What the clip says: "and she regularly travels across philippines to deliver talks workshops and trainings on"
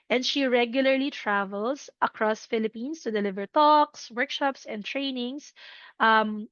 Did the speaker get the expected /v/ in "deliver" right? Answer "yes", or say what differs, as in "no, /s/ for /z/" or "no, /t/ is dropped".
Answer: yes